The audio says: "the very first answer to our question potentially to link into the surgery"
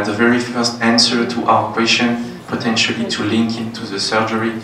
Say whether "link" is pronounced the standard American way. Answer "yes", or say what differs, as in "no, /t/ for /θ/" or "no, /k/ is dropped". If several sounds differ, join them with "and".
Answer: yes